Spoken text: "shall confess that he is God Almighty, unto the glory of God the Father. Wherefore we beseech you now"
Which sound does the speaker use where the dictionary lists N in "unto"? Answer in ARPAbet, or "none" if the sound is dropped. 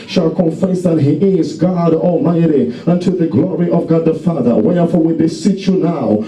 N